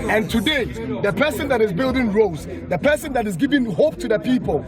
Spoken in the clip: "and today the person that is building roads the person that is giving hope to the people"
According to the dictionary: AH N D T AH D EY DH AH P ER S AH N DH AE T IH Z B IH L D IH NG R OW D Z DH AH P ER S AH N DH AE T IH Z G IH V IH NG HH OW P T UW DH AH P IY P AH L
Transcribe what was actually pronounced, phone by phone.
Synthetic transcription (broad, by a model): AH N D T AH D EY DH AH P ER S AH N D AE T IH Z B IH L D IH NG R OW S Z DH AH P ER S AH N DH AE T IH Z G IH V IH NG HH OW P T UW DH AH P IY P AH L